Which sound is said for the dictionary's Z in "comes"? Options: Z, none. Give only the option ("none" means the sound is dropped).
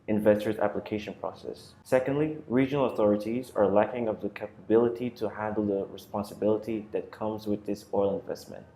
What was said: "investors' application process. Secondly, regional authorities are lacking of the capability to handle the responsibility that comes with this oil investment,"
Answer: Z